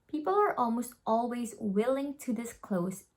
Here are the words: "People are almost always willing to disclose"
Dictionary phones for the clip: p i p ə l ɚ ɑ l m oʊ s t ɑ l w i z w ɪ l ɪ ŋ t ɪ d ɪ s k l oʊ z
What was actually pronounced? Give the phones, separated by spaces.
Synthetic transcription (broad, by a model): p i p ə l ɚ ɑ l m oʊ s t ɑ l w i z w ɪ l ɪ ŋ t ɪ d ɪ s k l oʊ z